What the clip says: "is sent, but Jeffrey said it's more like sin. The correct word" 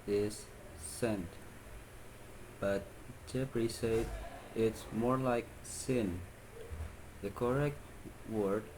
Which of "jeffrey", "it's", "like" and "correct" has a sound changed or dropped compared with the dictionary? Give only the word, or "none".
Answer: jeffrey